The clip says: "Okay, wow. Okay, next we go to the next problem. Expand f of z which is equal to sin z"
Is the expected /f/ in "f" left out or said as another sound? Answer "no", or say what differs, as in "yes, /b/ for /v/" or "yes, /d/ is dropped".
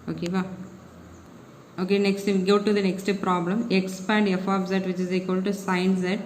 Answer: no